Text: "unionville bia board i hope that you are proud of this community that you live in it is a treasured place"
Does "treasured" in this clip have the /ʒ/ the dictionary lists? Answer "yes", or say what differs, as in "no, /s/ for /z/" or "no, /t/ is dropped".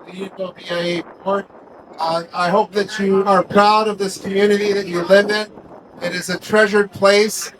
yes